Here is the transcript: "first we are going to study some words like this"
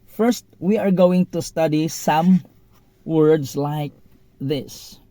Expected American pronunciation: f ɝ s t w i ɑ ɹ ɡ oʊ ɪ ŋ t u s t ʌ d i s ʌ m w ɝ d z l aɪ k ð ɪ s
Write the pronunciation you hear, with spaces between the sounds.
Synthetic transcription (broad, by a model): f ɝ s t w i ɑ ɹ ɡ oʊ ɪ ŋ t u s t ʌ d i s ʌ m w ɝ d s l aɪ k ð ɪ s